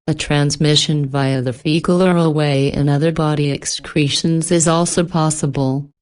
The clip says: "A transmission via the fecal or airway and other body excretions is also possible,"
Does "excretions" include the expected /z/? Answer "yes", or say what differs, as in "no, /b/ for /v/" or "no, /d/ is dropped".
yes